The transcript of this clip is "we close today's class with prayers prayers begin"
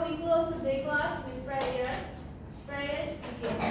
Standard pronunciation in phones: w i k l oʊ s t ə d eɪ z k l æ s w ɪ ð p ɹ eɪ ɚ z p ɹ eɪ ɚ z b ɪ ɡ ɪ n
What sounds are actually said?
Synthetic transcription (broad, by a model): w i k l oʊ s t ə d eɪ k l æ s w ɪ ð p ɹ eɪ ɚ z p ɹ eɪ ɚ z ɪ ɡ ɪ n